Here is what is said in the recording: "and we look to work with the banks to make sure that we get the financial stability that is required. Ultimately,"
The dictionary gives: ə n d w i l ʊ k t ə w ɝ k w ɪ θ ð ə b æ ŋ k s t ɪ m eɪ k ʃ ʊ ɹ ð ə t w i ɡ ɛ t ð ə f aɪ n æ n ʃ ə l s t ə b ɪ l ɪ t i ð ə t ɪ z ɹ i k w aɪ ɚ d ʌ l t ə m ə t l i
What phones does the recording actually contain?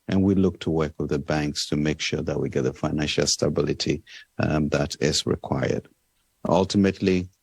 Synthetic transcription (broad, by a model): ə n w i l ʊ k t ə w ɝ k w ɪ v ð ə b æ ŋ k s t ɪ m eɪ k ʃ ʊ ɹ ð ə t w i ɡ ɛ t ð ə f aɪ n æ n ʃ ə l s t ə b ɪ l ɪ t i ð ə t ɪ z ɹ i k w aɪ ɚ d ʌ l t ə m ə t l i